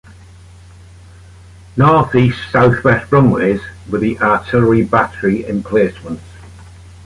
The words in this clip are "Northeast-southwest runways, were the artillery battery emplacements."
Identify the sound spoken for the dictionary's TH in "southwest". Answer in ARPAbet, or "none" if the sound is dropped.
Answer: TH